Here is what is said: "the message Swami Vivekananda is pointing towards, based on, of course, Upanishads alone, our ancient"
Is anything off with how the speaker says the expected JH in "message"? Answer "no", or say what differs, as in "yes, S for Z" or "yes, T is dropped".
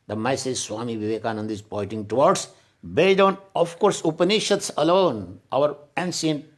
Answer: yes, Z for JH